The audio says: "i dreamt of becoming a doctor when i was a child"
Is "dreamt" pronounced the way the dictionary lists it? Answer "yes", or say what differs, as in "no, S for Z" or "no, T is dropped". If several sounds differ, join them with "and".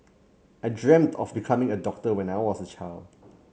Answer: yes